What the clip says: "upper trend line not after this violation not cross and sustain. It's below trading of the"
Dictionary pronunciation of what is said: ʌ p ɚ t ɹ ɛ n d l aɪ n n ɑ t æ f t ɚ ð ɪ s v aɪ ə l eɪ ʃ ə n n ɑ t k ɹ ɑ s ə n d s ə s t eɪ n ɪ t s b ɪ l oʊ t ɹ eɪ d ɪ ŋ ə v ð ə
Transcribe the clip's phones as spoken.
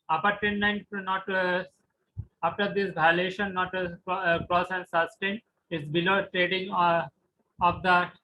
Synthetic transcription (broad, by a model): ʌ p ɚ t ɛ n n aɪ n n ɑ t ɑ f t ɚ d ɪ s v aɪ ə l eɪ ʃ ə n n ɑ t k ɹ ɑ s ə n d s ə s t eɪ n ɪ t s b ɪ l oʊ t ɹ eɪ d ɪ ŋ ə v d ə